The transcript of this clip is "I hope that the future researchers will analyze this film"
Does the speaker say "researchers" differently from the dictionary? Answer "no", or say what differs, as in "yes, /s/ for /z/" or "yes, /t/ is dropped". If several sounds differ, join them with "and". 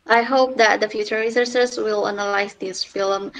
yes, /s/ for /tʃ/